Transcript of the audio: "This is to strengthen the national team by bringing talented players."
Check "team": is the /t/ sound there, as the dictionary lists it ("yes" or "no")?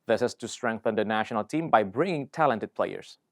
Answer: yes